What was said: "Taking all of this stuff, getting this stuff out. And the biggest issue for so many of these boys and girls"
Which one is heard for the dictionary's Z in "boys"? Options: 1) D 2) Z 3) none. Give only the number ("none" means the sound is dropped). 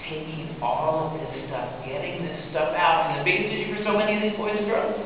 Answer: 3